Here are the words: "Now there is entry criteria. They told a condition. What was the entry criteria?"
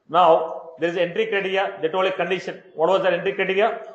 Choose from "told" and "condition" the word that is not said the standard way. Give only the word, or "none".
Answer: told